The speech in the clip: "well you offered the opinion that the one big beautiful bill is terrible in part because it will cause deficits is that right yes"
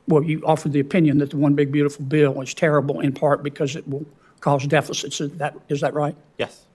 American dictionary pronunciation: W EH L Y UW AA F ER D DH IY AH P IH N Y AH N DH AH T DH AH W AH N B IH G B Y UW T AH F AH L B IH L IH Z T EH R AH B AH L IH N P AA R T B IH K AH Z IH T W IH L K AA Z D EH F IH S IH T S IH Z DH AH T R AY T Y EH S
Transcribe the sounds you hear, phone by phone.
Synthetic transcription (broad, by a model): W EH L Y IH AA F ER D DH IY AH P IH N Y AH N DH AH T DH AH W AH N B IH G B Y UW T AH F L B IH L IH Z T EH R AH B L IH N P AA R T B IH K AH Z IH T W IH L K AA Z D EH F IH S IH T S IH Z DH AH T R AY T Y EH S